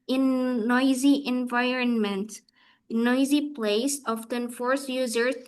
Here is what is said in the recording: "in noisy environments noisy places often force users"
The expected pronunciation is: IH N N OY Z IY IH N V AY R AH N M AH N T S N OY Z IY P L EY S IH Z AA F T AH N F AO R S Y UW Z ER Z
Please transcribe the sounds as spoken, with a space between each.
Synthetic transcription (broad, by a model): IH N N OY Z IY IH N V AY R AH N M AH N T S N OY Z IY P L EY IH S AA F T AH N F AO R S Y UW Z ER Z